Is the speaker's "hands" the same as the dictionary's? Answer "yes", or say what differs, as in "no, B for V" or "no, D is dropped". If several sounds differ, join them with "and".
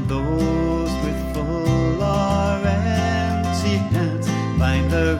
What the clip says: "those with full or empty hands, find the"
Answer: no, N is dropped